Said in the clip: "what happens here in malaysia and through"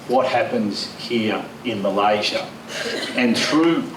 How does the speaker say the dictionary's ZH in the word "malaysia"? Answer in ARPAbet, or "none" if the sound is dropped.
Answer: ZH